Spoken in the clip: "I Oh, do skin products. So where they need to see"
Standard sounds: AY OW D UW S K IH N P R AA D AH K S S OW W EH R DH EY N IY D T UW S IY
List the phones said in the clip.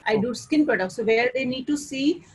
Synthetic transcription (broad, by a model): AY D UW S K IH N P AA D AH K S S OW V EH R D EY N IY D T UW S IY